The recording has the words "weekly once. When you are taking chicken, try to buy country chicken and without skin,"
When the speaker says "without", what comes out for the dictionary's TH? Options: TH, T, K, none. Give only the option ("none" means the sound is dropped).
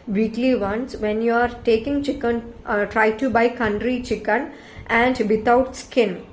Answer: T